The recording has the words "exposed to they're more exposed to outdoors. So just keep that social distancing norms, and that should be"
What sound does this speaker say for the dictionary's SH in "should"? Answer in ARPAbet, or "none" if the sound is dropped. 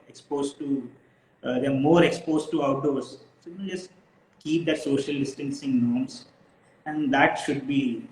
SH